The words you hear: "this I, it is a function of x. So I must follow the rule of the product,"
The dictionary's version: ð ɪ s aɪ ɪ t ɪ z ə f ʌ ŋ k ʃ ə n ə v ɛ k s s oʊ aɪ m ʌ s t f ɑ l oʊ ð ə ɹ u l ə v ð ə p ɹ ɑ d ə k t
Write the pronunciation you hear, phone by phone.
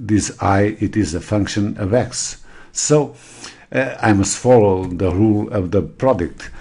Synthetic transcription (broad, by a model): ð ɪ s aɪ ɪ t ɪ z ə f ʌ ŋ k ʃ ə n ə v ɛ k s s oʊ aɪ m ʌ s t f ɑ l oʊ ð ə ɹ u l ə v ð ə p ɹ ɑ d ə k t